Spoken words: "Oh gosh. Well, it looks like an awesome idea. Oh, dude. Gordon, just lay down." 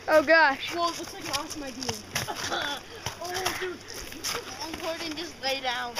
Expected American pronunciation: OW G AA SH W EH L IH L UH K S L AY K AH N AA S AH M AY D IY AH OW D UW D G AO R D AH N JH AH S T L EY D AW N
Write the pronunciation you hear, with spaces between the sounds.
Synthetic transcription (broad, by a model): OW G AA SH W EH IH W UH S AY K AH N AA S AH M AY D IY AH OW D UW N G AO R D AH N JH AH S T L EY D AW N